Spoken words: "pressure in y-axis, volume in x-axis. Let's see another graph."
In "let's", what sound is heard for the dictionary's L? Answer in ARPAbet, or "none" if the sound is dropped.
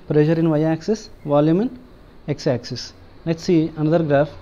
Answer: N